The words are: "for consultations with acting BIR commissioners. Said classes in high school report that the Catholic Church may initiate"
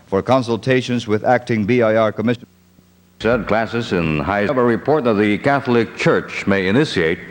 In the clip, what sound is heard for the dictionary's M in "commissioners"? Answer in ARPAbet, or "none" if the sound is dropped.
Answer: none